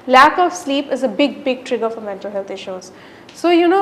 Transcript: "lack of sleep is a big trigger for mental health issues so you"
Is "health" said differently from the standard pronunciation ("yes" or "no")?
yes